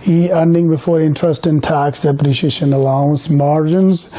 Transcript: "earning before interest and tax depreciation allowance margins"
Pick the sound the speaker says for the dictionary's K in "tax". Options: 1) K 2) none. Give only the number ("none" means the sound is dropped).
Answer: 1